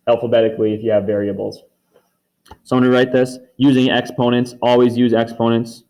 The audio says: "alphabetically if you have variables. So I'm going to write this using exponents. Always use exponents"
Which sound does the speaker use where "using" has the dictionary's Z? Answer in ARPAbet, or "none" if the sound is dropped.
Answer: Z